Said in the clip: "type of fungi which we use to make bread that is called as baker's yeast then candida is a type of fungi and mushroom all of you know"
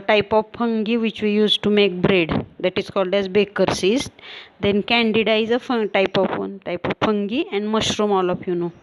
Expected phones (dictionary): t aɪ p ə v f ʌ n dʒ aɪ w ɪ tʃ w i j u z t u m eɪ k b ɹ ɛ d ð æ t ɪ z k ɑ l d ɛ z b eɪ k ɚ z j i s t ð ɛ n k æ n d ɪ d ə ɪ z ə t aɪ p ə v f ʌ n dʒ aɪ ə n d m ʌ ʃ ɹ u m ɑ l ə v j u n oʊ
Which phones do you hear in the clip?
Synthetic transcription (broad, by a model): t aɪ p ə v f ʌ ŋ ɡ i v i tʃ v i j u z t u m eɪ k b ɹ ɛ d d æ t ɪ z k ɑ l d ɛ z b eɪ k ɚ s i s t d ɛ n k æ n d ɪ d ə ɪ z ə t aɪ p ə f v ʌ n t aɪ ə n d m ʌ ʃ ɹ u m ɑ l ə f j u n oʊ